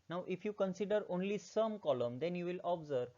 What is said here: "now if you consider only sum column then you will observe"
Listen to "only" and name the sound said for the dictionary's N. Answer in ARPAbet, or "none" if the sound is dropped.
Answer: N